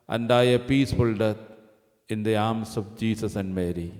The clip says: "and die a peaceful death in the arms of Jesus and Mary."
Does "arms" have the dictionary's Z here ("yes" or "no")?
no